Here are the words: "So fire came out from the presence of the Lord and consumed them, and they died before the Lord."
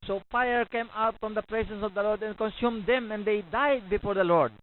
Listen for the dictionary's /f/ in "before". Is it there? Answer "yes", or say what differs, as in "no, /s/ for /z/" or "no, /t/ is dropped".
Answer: yes